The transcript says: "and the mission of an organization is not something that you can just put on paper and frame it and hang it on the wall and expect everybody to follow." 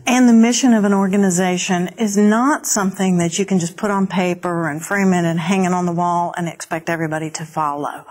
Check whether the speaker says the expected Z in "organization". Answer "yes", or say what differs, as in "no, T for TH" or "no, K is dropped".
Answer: yes